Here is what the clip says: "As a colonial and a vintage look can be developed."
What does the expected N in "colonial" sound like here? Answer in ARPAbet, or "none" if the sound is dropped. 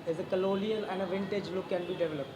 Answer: L